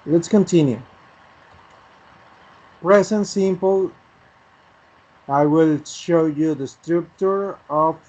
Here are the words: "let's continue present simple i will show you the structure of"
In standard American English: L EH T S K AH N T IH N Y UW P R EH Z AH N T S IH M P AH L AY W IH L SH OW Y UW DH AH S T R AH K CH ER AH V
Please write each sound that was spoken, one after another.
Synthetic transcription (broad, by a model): L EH T S K AH N T IH N Y UW P R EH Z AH N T S IH M P AH L AY W IH L SH OW Y UW DH AH S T R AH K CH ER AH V